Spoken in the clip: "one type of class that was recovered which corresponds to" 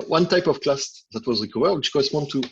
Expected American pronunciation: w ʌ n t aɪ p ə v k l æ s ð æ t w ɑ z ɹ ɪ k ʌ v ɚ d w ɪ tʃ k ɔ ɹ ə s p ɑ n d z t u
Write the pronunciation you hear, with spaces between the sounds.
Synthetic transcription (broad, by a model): w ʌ n t aɪ p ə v k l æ s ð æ t w ɑ z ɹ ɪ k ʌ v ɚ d w ɪ tʃ k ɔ ɹ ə s p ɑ n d t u